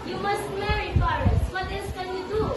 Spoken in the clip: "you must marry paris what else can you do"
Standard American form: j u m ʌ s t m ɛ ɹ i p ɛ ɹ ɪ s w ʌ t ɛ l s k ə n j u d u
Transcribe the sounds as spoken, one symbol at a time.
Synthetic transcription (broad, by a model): j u m ʌ s t m ɛ ɹ i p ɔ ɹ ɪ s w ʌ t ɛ s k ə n j u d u